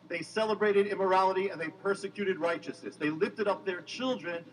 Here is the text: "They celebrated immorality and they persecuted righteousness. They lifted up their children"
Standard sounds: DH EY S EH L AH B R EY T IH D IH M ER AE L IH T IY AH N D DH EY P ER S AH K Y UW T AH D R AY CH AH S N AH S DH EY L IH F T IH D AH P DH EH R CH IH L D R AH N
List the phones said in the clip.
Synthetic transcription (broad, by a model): DH EY S EH L AH B R EY T IH D IH M ER AE L IH T IY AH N DH EY P ER S AH K Y UW T AH D R AY CH AH S N AH S DH EY L IH F T IH D AH P DH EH R CH IH L D R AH N